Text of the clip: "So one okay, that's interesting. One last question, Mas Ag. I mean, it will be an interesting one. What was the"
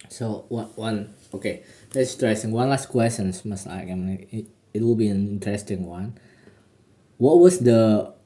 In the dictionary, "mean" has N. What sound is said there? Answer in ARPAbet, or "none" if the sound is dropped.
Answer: none